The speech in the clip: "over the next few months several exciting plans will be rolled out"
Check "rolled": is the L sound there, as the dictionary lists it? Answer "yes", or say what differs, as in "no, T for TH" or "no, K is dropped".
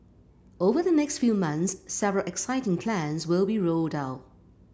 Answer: yes